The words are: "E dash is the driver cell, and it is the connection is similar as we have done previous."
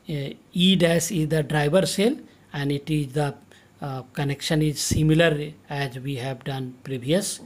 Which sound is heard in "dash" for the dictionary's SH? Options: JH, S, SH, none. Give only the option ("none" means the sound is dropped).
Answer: S